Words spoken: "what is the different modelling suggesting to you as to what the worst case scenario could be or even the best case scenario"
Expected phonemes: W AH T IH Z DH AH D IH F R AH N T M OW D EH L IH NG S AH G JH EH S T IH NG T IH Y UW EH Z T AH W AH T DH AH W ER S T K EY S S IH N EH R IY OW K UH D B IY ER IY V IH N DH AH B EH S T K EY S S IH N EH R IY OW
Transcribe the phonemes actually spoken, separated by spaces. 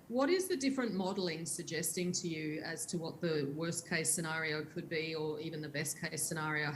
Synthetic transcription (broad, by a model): W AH T IH Z DH AH D IH F R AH N M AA D L IH NG S AH G JH EH S T IH NG T IH Y UW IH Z T AH W AH T DH AH W ER S K EY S S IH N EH R IY OW K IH D B IY ER IY V IH N DH AH B EH S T K EY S S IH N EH R IY OW